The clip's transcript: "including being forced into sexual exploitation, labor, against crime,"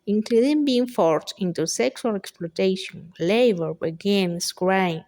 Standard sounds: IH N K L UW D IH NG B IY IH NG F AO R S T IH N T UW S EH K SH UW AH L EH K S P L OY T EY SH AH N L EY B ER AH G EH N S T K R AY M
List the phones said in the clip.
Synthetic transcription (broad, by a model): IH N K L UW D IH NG B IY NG F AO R T IH N T UW S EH K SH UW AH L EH K S P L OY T EY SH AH N L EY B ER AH G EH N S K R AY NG